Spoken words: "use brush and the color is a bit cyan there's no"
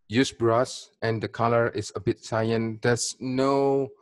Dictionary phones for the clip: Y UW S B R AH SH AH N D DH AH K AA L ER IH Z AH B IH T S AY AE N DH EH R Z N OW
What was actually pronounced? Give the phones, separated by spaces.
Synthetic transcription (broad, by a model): Y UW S B R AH S AH N D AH K AA L ER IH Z AH B IH T S AY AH N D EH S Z N OW